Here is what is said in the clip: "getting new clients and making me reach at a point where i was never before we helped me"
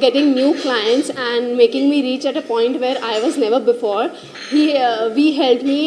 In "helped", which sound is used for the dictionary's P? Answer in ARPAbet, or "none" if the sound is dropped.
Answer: none